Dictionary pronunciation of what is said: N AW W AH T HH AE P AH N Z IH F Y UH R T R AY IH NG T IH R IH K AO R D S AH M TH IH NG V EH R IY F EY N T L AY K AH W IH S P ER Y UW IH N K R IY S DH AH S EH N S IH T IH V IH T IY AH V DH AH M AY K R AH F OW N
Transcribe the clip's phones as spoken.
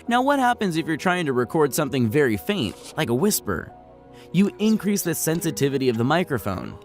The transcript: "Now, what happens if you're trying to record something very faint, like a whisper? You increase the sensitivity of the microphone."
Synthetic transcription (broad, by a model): N AW W AH T HH AE P AH N Z IH F Y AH R T R AY IH NG T IH R IH K AO R D S AH M TH IH NG V EH R IY F EY N T L AY K AH W IH S P ER Y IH IH N K R IY S DH AH S EH N S IH T IH V IH T IY AH V DH AH M AY K R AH F OW N